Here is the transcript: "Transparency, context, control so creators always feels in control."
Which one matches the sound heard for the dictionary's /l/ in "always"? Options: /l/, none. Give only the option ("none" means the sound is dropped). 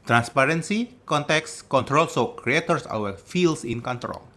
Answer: none